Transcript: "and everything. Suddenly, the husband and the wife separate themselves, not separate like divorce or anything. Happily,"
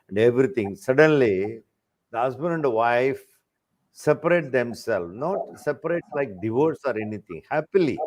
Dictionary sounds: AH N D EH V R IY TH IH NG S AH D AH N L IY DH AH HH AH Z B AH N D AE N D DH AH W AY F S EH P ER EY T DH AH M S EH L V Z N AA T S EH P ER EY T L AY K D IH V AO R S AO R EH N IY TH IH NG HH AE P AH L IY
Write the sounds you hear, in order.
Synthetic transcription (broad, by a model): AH N D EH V R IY T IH NG S AH D AH N L IY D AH HH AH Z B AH N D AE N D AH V AY F S EH P ER EY T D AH M S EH L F N AA T S EH P ER EY T L AY K D IH V AO R S AO R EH N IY T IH NG HH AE P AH L IY